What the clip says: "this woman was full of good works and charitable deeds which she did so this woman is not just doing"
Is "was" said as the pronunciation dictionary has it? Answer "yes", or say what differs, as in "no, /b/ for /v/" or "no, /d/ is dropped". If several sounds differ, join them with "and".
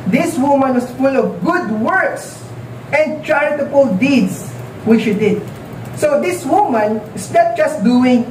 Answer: no, /s/ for /z/